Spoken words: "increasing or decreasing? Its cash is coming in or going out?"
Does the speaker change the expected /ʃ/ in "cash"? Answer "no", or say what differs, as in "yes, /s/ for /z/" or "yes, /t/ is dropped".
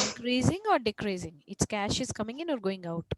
no